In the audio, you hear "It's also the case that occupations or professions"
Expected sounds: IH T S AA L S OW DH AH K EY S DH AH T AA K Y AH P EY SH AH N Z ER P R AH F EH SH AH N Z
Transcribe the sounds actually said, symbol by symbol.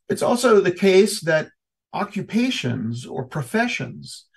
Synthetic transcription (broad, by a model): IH T S AA L S OW DH AH K EY S DH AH T AA K Y AH P EY SH AH N Z ER P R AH F EH SH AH N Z